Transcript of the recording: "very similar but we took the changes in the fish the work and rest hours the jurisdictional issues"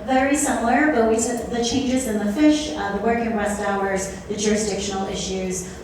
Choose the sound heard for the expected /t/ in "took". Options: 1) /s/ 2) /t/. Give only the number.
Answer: 1